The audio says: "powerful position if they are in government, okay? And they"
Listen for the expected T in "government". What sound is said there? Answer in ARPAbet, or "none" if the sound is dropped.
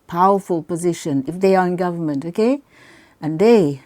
T